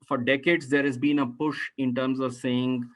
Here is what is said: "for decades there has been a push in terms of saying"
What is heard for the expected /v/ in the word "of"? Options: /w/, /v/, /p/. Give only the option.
/v/